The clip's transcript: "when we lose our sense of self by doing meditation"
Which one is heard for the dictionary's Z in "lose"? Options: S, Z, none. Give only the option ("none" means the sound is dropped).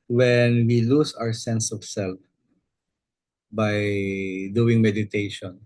S